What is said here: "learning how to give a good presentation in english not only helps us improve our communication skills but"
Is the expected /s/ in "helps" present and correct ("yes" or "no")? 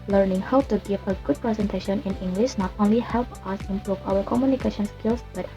no